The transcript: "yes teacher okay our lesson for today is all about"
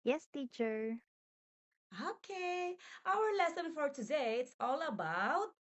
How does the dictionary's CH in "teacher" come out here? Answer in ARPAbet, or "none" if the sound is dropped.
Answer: CH